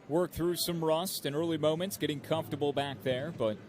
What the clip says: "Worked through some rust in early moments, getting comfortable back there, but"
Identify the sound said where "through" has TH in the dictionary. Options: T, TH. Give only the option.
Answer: TH